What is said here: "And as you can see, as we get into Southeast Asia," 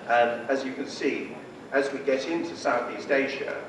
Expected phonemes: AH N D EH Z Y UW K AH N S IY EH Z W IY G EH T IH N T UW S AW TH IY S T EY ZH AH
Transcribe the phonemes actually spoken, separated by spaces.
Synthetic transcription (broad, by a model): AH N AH Z Y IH K AH N S IY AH Z W IY G EH T IH N T UW S AW TH IY S T EY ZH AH